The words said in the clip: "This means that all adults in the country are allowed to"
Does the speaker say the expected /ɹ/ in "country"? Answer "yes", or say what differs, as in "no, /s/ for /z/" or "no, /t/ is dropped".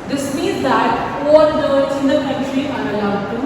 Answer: yes